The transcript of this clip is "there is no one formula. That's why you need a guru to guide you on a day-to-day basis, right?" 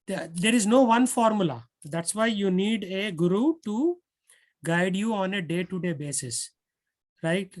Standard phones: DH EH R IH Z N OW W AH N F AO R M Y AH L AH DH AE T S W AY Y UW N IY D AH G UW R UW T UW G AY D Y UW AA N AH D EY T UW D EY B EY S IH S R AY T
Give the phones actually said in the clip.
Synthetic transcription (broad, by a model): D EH R IH Z N OW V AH N F AO R M Y AH L AH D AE T S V AY Y UW N IY D AH G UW R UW T UW G AY D Y UW AA N AH D EY T UW D EY B EY S IH S R AY T